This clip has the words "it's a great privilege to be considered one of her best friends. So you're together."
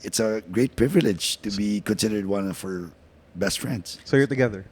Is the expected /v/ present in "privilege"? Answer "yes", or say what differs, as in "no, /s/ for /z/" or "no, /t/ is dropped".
yes